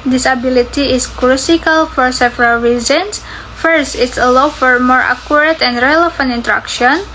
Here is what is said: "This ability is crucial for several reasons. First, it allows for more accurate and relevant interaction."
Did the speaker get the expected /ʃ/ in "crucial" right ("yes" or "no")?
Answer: no